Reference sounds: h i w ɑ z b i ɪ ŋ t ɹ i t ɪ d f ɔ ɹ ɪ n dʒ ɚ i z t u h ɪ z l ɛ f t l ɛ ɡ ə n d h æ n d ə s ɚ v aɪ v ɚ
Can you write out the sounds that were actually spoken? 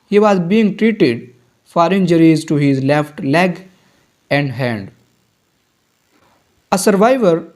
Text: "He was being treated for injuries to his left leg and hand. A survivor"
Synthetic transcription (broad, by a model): h i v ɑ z b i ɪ ŋ t ɹ i t ɪ d f ɔ ɹ ɪ n dʒ ɚ i z t u h ɪ z l ɛ f t l ɛ ɡ ə n d h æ n d ə s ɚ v aɪ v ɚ